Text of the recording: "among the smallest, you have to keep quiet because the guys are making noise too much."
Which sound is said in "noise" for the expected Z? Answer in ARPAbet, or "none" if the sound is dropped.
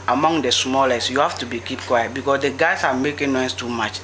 S